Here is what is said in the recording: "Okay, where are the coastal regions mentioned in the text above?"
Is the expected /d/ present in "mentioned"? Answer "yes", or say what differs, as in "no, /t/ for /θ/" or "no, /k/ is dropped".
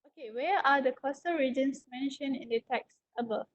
no, /d/ is dropped